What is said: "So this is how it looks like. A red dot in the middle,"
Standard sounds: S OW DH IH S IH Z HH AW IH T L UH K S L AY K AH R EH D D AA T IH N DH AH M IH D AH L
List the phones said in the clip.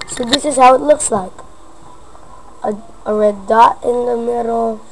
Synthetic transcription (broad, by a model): S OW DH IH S IH Z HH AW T L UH K S L AY K AH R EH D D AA IH N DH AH M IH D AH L